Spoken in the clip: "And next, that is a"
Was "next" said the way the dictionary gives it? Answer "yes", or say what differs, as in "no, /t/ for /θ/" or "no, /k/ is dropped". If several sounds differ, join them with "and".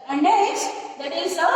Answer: no, /k/ is dropped